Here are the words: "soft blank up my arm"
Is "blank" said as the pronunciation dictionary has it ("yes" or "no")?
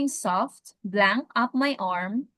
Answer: yes